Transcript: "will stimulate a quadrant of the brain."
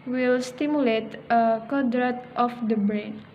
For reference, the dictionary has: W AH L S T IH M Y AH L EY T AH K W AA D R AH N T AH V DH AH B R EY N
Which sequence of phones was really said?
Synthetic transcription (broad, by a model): W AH L S T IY M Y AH L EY T AH K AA D R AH T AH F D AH B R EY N